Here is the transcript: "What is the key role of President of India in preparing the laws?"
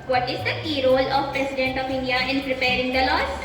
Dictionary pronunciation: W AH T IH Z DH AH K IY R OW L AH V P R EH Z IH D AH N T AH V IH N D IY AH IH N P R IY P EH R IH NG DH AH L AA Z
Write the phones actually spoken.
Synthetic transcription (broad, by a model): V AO T IH Z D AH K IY R OW L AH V P R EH S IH D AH N T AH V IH N D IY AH IH N P R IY P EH R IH NG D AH L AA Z